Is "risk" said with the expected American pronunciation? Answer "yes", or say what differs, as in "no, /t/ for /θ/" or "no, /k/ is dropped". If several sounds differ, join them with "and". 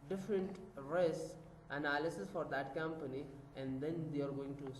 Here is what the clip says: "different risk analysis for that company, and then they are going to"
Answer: no, /k/ is dropped